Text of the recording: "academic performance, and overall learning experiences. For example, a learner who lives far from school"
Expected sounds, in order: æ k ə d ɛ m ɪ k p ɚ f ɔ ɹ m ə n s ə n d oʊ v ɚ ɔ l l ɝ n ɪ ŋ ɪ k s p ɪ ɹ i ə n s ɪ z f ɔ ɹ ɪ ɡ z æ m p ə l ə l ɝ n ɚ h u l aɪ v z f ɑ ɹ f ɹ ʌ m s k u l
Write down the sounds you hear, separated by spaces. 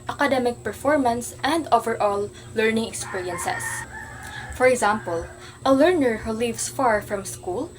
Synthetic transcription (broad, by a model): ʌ k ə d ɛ m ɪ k p ɚ f ɔ ɹ m ə n s ə n d oʊ v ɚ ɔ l l ɝ n ɪ ŋ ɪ k s p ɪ ɹ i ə n s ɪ s f ɔ ɹ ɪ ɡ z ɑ m p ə l ə l ɝ n ɚ h u l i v s f ɑ ɹ f ɹ ʌ m s k u l